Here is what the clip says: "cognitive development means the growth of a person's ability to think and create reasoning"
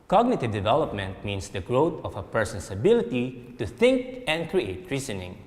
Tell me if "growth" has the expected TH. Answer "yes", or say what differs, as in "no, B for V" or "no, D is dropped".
no, T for TH